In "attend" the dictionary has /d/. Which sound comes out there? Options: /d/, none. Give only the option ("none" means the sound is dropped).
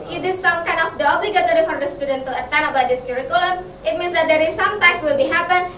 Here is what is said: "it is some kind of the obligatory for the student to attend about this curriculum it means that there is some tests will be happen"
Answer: none